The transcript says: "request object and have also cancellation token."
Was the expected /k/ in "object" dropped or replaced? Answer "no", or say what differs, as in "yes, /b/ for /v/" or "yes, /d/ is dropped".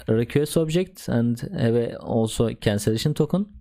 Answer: no